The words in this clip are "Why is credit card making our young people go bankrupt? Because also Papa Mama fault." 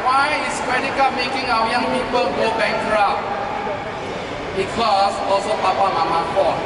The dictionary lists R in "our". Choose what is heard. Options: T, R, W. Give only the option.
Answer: W